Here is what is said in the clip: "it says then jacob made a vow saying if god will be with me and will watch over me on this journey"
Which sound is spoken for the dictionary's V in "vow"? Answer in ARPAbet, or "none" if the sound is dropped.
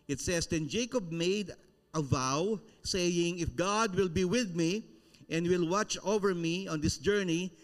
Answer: V